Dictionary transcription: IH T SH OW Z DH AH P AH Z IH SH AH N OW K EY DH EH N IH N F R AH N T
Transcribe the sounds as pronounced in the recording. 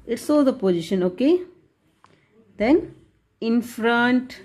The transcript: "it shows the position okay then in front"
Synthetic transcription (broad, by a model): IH T S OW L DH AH P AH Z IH SH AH N OW K EY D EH N IH N F R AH N T